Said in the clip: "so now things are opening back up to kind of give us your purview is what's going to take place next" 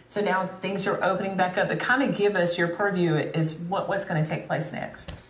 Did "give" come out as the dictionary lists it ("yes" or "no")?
yes